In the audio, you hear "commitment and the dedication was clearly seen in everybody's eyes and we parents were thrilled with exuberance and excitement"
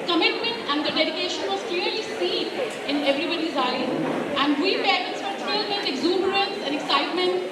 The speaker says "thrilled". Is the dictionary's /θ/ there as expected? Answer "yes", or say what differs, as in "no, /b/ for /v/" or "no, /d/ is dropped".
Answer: no, /t/ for /θ/